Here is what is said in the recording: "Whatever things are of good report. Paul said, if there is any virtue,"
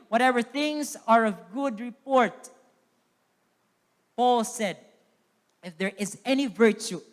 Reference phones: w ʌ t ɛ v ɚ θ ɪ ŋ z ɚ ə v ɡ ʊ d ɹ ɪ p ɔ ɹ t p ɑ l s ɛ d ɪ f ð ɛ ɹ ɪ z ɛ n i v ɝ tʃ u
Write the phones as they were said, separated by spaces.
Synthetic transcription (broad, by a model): w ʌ t ɛ v ɚ θ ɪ ŋ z ɚ ə v ɡ ʊ d ɹ ɪ p ɔ ɹ t p ɑ l s ɛ d ɪ f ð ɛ ɹ ɪ z ɛ n i v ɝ tʃ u